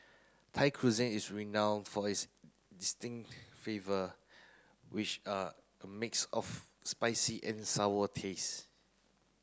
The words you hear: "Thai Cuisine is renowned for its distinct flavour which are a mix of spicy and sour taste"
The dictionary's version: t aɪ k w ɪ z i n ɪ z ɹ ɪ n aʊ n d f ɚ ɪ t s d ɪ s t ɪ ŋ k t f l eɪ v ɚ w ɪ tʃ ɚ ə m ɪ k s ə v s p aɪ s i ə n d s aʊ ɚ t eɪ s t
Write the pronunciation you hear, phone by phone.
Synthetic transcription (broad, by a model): t aɪ k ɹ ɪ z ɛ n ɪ s ɹ ɪ n aʊ n d f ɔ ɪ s d ɪ s t ɪ ŋ k t f eɪ v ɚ w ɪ tʃ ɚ ə m ɪ k s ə f s p aɪ s i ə n s aʊ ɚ t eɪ s